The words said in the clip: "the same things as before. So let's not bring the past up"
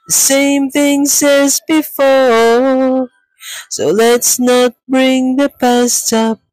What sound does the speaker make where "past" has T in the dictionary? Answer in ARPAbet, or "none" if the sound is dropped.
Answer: T